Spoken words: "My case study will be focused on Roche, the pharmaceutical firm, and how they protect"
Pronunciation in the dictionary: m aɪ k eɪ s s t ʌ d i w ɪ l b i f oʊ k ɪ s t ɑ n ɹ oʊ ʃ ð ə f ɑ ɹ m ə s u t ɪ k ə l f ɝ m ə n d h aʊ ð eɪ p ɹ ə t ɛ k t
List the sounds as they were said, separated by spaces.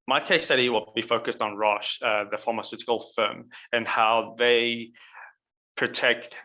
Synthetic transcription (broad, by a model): m aɪ k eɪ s s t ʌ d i w ɪ l b i f oʊ k ɪ s t n ɹ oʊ ʃ ð ə f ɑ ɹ m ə s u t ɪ k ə l f ɝ m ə n h aʊ ð eɪ p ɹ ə t ɛ k t